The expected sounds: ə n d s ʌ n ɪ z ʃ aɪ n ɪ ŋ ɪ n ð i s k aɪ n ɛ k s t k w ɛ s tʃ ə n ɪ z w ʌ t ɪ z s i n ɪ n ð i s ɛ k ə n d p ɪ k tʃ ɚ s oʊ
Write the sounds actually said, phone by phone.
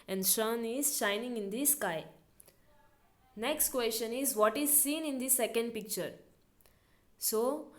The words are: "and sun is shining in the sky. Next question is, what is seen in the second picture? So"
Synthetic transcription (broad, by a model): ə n d ʃ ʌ n ɪ z ʃ aɪ n ɪ ŋ ɪ n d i s k aɪ n ɛ k s t k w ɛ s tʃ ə n ɪ z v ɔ t ɪ z s i n ɪ n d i s ɛ k ə n d p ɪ k tʃ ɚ s oʊ